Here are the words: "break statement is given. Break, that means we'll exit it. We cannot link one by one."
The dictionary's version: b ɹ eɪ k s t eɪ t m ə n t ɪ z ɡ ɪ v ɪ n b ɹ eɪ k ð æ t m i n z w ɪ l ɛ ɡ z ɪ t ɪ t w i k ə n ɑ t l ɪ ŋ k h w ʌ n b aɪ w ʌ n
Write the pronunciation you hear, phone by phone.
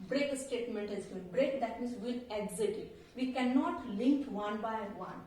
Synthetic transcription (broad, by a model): b ɹ eɪ k s t eɪ t m ə n t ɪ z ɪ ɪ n b ɹ eɪ k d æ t m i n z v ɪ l ɛ ɡ z ɪ t ɪ t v i k ə n ɑ t l ɪ ŋ k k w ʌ n b aɪ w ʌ n